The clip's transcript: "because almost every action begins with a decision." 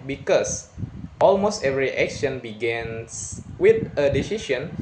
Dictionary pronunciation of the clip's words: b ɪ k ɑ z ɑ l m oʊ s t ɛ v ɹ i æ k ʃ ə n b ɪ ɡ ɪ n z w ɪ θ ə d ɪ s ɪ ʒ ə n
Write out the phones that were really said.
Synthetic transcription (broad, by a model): b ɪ k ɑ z ɑ l m oʊ s t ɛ v ɹ i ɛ k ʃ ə n b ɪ ɡ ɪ n s w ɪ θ ə d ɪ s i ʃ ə n